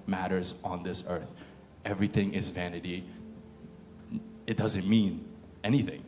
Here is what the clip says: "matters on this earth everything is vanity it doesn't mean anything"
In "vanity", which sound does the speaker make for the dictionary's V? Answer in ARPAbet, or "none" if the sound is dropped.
V